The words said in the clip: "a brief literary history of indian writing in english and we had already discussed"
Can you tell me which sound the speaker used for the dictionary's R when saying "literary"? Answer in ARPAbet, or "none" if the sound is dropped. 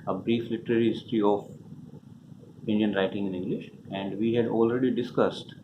R